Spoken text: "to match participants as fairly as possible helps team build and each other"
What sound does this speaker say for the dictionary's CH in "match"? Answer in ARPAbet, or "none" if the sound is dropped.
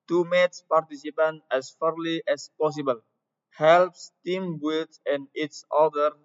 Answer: S